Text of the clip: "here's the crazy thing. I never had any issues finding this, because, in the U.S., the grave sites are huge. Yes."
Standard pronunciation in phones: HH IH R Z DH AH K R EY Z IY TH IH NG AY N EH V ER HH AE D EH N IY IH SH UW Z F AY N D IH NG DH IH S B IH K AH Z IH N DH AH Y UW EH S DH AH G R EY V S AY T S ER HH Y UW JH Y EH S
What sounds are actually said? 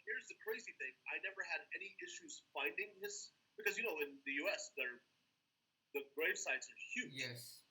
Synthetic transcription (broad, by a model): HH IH R Z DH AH K R EY Z IY TH IH NG AY N EH V ER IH D EH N IY IH SH UW Z F AY N D IH NG DH IH S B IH K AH Z IH N DH AH Y UW EH S DH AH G R EY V S AY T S ER HH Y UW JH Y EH S